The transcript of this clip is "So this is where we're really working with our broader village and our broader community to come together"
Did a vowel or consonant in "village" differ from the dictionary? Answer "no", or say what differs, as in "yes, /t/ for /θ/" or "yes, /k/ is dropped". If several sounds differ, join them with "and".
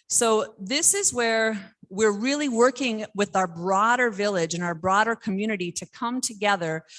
no